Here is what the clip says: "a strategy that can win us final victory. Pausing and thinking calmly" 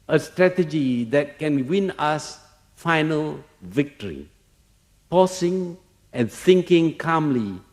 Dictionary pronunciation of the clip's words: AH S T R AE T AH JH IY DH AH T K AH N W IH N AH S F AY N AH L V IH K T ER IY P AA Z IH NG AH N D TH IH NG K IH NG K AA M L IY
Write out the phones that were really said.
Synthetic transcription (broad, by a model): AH S T R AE T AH JH IY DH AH T K AH N W IH N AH S F AY N AH L V IH K T ER IY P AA S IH NG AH N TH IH NG K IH NG K AA M L IY